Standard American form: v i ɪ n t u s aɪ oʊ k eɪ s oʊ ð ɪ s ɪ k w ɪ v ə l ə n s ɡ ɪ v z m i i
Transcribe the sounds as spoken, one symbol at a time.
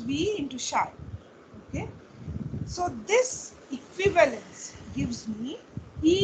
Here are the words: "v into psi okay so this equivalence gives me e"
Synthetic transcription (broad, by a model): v i ɪ n t u ʃ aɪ oʊ k eɪ s oʊ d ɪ s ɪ k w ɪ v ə l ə n s ɡ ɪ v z m i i